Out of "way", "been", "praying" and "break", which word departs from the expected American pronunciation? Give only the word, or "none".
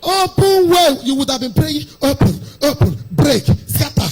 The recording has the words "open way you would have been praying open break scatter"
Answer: praying